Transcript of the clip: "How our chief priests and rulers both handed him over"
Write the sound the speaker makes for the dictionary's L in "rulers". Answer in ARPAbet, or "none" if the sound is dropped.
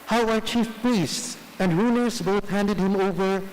N